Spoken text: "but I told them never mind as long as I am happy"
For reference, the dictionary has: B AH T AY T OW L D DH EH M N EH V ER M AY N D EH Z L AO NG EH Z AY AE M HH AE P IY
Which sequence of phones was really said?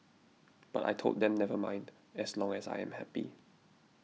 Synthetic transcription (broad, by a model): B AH T AY T OW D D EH M N EH V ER M AY N D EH S L AO NG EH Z AY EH M HH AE P IY